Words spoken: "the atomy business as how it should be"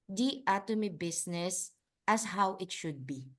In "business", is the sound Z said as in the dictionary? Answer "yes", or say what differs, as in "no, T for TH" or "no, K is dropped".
no, S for Z